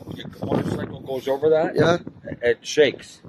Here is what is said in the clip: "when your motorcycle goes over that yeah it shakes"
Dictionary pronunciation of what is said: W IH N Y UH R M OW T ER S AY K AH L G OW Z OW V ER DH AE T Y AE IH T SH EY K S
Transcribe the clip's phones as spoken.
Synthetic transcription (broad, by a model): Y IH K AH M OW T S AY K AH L G OW Z OW V ER DH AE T Y AE IH T SH EY K S